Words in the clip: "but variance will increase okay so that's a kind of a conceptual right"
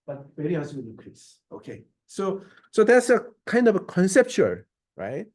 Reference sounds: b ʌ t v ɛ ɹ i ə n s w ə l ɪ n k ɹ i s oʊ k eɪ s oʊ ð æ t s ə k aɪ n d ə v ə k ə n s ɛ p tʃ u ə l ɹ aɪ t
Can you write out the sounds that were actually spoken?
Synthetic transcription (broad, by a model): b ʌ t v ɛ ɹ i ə s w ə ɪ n k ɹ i s oʊ k eɪ s oʊ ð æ t s ə k aɪ n d ə v ə k ə n s ɛ p tʃ u ə l ɹ aɪ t